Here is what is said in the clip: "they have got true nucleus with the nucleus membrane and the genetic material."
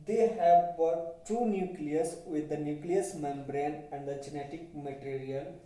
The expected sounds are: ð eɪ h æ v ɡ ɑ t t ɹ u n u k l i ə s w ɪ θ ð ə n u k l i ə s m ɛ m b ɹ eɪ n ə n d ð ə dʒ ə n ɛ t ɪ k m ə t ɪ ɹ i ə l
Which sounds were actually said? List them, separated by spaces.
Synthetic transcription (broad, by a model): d eɪ h æ v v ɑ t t u n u k l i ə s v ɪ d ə n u k l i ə s m ɛ m b ɹ eɪ n ə n d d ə dʒ ə n ɛ t ɪ k m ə t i ɹ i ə l